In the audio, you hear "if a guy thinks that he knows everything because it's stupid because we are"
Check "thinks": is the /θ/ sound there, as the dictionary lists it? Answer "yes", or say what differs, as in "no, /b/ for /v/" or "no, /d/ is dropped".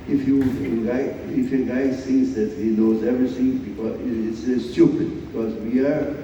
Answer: no, /f/ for /θ/